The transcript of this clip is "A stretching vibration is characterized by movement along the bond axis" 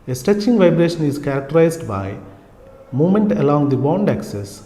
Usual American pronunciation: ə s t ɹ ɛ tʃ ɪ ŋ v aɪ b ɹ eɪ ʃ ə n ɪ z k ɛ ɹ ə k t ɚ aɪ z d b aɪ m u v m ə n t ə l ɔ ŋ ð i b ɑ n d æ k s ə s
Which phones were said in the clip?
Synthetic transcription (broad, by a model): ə s t ɛ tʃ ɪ ŋ v aɪ b ɹ eɪ ʃ ə n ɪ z k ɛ ɹ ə k t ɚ aɪ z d b aɪ m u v m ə n t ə l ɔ ŋ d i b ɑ n d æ k s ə s